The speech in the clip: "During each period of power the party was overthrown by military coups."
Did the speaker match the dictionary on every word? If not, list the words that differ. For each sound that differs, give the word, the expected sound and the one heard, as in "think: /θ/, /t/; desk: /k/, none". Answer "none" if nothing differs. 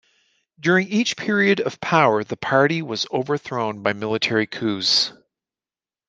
none